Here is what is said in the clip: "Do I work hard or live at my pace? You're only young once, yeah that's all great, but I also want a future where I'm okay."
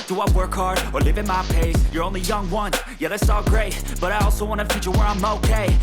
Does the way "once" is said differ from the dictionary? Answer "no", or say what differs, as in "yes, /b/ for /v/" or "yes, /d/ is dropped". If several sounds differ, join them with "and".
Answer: yes, /s/ is dropped